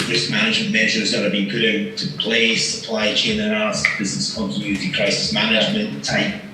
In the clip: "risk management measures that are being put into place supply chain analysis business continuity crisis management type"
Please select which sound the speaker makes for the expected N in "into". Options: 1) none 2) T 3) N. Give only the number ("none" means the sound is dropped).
1